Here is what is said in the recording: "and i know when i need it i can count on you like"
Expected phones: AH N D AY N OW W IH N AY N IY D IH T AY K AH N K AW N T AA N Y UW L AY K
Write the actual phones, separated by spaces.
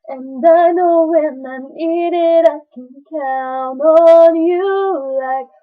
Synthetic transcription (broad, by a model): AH N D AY N OW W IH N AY N IY D IH T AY K AH N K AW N AA N Y UW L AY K